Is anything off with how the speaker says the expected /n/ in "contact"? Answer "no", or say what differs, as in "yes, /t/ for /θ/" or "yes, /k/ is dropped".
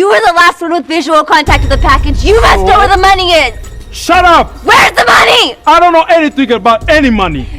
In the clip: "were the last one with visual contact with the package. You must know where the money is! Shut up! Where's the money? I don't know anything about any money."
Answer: no